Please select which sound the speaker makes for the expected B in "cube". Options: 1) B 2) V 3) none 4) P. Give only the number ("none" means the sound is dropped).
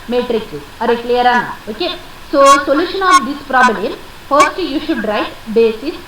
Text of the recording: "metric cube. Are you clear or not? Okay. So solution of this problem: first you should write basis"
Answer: 3